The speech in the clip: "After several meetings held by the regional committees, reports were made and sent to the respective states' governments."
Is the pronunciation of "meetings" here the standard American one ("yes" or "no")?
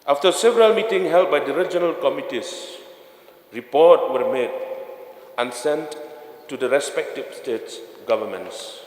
no